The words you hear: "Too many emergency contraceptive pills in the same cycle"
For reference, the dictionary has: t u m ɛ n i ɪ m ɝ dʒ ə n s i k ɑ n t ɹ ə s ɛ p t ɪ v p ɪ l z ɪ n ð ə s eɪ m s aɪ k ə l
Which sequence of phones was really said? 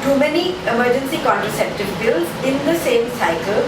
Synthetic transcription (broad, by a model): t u m ɛ n i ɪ m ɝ dʒ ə n s i k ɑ n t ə s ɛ p t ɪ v b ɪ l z ɪ n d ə s eɪ m s aɪ k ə l